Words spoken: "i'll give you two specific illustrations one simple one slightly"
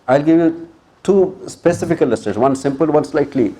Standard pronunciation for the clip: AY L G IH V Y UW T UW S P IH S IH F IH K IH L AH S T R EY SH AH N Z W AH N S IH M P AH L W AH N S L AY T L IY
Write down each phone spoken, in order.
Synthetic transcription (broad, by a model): AY L G IH V Y UW T UW S P IH S IH F IH K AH L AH S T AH Z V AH N S IH M P AH L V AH N S L AY T L IY